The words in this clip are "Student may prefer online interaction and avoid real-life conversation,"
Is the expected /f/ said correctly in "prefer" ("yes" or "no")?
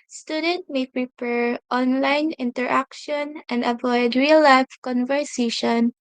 no